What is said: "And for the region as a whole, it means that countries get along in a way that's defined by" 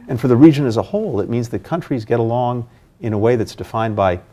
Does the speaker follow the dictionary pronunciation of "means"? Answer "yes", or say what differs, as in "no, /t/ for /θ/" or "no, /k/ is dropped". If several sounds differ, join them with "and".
yes